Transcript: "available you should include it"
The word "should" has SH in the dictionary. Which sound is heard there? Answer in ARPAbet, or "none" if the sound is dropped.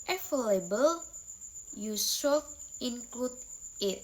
S